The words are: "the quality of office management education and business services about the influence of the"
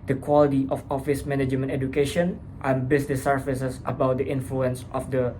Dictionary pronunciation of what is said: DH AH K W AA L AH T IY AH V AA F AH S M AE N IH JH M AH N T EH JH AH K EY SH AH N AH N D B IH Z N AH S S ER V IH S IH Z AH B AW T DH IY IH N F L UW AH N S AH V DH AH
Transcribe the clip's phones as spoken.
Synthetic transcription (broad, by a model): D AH K W AA L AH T IY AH F AA F AH S M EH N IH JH M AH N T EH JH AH K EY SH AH N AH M B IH S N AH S S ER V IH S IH S AH B AW T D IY IH N F L UW AH N S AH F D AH